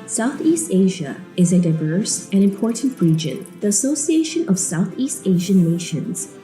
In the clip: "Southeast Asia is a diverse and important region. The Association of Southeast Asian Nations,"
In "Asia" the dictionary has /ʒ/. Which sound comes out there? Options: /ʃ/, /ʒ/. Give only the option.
/ʒ/